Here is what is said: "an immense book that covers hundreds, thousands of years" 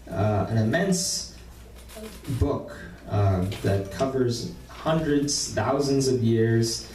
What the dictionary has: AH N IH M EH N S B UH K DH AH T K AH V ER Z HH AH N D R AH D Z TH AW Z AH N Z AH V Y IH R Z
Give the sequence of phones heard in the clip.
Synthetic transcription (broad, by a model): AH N IH M EH N S B UH K DH AH T K AH V ER Z HH AH N D R AH D Z TH AW Z AH N Z AH V Y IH R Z